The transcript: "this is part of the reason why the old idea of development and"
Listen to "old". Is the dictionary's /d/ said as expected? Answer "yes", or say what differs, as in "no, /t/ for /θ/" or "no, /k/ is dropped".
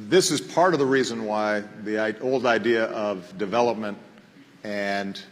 yes